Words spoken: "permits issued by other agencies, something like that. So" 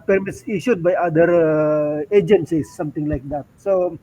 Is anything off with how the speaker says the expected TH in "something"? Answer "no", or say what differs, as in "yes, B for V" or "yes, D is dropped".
yes, T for TH